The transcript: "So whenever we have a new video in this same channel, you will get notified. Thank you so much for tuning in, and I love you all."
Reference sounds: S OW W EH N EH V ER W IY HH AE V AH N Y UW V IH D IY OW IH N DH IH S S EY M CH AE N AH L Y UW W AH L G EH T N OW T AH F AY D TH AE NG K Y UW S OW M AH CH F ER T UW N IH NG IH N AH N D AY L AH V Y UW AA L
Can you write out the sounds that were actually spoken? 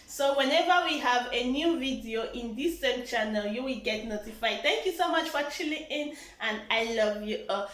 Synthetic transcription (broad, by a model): S OW W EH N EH V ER W IY HH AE V AH N Y UW V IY D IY OW IH N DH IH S S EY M CH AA N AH L Y UW W AH L G EH T N OW T AH F AY D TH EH NG K Y UW S OW M AH CH F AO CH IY L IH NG IH N AH N D AY L AH V Y UW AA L